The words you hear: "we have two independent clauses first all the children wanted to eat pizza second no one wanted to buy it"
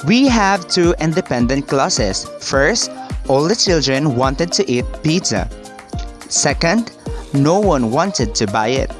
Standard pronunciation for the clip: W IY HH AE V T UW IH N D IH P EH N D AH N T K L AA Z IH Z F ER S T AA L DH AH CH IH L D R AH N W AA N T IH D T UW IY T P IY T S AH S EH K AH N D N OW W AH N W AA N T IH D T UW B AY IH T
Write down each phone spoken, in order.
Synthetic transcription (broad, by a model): W IY HH AE V T UW IH N D IH P EH N D AH N T K L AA S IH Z F ER S T AA L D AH CH IH L D R AH N W AA N T IH D T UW IY T P IY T AH S EH K AH N D N OW W AH N W AA N T IH D T UW B AY IH T